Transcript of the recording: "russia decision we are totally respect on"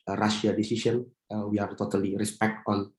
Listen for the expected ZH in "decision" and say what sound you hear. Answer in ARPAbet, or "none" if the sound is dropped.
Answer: S